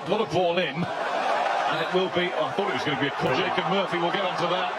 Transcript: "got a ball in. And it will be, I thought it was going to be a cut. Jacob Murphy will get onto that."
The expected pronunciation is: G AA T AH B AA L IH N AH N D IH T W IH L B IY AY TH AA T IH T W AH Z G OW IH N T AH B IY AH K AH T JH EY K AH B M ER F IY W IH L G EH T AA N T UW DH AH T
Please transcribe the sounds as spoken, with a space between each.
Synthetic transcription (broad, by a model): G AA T AH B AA L IH N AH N IH T W IH L B IY AY TH AA T IH T W AH Z G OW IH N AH B IY AH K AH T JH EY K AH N M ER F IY W IH L G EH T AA N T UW DH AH T